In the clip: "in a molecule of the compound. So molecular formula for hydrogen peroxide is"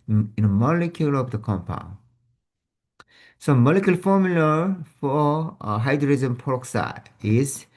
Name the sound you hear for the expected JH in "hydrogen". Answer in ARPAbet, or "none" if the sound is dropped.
Z